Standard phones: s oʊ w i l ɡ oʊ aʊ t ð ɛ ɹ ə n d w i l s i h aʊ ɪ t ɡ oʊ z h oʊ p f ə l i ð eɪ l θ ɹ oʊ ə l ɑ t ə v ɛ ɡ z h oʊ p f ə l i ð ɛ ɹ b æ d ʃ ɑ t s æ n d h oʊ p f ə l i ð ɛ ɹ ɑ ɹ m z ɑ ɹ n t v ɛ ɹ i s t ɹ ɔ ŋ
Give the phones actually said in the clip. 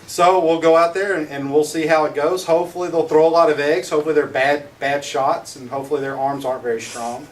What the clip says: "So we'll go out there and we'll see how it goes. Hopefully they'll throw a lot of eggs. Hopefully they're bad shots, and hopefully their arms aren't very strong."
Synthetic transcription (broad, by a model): s oʊ w i l ɡ oʊ aʊ t ð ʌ ɹ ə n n w i l s i h aʊ ɪ t ɡ oʊ z h oʊ p f l i ð eɪ l θ ɹ oʊ ə l ɑ t ə v ɛ ɡ z h oʊ p f l i ð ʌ ɹ b æ d ʃ ɑ t s n h oʊ p f l i ð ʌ ɹ ɑ ɹ m z ɑ ɹ n t v ɛ ɹ i s t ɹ ɔ ŋ